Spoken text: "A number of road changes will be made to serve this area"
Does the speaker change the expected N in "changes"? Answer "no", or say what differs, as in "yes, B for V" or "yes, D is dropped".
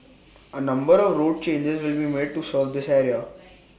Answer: no